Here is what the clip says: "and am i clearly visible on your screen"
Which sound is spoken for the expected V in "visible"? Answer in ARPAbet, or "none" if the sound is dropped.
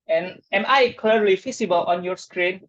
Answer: F